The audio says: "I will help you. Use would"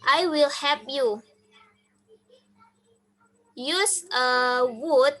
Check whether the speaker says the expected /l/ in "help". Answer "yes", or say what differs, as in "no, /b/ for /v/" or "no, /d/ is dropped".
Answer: no, /l/ is dropped